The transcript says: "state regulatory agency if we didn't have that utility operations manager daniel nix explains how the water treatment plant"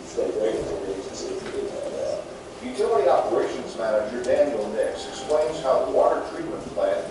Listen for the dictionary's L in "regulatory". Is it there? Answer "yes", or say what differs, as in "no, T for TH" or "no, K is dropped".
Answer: no, L is dropped